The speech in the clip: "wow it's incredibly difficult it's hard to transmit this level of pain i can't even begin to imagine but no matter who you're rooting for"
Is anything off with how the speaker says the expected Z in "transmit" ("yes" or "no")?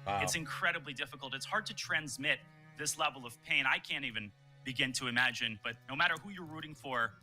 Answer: no